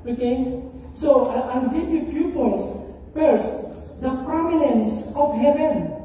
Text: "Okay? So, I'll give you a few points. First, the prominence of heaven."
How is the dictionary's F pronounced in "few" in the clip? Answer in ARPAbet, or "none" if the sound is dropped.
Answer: P